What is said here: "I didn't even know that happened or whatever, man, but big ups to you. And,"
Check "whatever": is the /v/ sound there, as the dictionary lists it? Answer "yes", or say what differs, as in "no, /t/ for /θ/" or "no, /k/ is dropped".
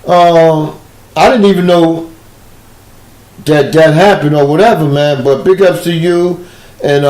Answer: yes